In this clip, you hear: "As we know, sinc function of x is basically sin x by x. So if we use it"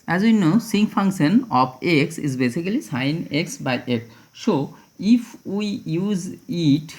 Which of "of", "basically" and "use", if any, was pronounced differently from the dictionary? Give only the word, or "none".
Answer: of